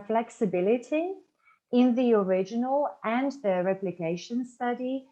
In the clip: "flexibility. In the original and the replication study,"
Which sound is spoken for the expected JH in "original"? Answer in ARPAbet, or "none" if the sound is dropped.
JH